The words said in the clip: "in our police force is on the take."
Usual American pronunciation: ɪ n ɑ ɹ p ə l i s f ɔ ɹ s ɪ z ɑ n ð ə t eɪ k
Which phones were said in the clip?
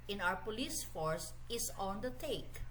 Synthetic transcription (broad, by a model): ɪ n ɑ w p ə l i s f ɔ ɹ s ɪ s ɑ n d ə t eɪ k